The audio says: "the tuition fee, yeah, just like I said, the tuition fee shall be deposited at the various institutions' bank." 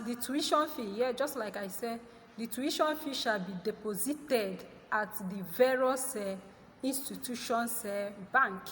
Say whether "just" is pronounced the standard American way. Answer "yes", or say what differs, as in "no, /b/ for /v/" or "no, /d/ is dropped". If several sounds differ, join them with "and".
yes